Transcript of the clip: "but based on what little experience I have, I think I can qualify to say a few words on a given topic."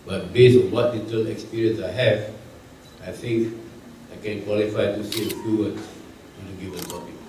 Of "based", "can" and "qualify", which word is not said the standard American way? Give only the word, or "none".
based